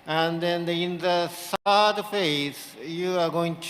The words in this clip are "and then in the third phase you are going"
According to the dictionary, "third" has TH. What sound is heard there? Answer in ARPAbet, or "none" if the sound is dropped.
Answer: S